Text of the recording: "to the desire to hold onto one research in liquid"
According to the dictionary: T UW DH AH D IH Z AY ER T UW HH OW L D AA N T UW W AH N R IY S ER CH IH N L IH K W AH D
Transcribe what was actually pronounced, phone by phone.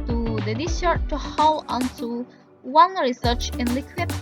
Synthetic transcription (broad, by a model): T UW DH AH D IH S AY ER T UW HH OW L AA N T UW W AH N R IY S ER CH IH N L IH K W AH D